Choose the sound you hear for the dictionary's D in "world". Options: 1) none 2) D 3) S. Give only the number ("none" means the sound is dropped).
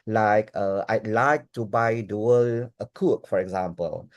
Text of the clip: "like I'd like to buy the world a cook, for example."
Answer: 1